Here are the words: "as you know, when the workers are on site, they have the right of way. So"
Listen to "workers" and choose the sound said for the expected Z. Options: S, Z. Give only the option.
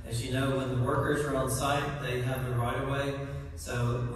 Z